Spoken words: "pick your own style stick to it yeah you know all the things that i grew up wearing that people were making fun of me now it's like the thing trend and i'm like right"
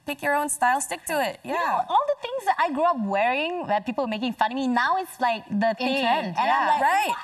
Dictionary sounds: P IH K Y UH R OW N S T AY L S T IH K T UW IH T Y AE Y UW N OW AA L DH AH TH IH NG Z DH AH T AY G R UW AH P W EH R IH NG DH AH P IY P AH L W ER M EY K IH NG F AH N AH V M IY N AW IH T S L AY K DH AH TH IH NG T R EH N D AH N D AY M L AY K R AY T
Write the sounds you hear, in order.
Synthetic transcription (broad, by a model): P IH K Y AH R OW N S T AY L S T IH K T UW IH T Y AE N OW AA L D AH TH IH NG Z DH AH T AY G R UW AH P W EH R IH NG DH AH P IY P AH L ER M EY K IH NG F AH N M IY N AW IH T S L AY K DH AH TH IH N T EH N AH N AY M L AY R AY T